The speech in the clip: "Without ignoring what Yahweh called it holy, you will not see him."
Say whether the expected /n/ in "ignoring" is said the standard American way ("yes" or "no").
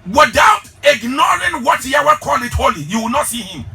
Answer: yes